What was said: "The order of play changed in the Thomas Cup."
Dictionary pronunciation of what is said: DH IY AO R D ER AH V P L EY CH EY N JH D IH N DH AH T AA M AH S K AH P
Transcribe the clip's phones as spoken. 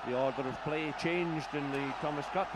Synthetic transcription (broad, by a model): DH IY AO R D ER AH V P L EY CH EY N JH D IH N DH AH T AA M AH S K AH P